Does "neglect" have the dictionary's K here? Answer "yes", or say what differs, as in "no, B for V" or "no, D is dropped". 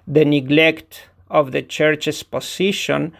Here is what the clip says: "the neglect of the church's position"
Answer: yes